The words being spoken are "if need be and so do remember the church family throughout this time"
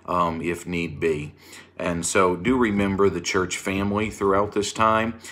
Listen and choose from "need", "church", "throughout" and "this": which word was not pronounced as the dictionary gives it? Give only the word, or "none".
none